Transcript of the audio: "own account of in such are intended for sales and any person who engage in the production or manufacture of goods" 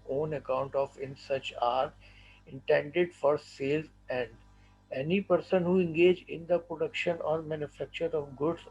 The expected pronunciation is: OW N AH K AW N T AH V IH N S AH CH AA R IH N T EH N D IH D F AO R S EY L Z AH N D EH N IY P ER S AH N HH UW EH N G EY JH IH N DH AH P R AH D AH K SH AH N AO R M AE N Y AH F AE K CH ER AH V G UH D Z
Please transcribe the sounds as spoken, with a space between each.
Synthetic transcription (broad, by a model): OW N AH K AW N T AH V IH N S AH CH AA R IH N T EH N D IH D F AO R S EY L Z AH N D EH N IY P ER S AH N HH UW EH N G EY JH IH N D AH P R AH D AH K SH AH N AO R M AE N Y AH F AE K CH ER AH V G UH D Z